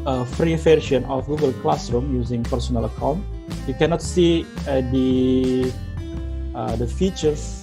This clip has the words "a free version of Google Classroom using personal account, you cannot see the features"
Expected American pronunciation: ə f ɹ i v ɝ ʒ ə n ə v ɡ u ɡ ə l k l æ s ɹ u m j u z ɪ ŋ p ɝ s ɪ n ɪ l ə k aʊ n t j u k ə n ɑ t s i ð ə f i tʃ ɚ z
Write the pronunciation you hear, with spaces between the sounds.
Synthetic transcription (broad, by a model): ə f ɹ i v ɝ ʃ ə n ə f ɡ u ɡ ə l k l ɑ s ɹ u m j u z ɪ ŋ p ɝ s ɪ n ɪ l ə k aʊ n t j u k ə n ɑ t s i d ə f i tʃ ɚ